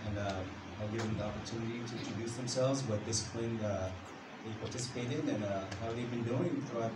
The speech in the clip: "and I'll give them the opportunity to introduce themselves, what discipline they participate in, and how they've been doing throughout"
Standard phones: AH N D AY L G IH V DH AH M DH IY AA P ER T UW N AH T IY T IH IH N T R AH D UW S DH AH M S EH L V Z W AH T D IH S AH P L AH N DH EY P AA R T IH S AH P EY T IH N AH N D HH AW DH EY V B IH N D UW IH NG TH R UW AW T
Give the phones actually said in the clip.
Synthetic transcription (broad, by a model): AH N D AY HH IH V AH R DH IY AA P ER T UW N AH T IY T IH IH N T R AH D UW S DH AH M S EH L V Z W AH T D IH S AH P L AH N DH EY P AA R T IH S AH P EY T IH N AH N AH HH AW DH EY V B IH N D UW IH NG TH R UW AW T